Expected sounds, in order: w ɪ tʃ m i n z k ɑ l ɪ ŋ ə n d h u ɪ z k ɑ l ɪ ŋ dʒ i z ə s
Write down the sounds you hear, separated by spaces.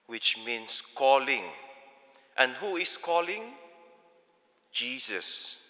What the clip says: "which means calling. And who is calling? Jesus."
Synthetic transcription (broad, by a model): w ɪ tʃ m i n s k ɑ l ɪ ŋ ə n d h u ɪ s k ɑ l ɪ ŋ dʒ i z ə s